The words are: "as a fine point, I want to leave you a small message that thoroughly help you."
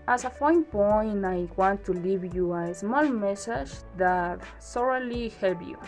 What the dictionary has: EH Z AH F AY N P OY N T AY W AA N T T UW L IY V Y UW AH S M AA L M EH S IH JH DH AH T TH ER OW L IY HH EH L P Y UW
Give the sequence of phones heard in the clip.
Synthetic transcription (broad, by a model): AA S AH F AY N P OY N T AY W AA N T T UW L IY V Y UW AH S M AA L M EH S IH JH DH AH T S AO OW L IY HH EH L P Y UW